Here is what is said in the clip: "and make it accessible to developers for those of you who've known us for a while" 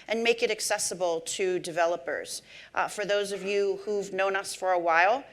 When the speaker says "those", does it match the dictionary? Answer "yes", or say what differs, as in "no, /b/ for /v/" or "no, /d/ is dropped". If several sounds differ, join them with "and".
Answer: yes